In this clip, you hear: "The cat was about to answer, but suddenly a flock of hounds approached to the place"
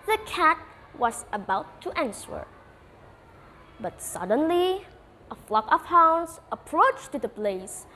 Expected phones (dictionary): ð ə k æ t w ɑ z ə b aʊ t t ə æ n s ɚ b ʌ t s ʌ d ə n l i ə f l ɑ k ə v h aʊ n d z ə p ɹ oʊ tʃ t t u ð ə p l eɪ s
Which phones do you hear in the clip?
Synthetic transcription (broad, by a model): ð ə k æ t w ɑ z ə b aʊ t t ə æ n s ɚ b ʌ t s ʌ d ə n l i ə f l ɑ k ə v h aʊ n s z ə p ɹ oʊ tʃ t t u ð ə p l eɪ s